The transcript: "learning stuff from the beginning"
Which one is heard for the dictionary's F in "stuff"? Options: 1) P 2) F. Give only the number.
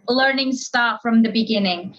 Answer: 1